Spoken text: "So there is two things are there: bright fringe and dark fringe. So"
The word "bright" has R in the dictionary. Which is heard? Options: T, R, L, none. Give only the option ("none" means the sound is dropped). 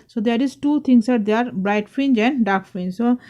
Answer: R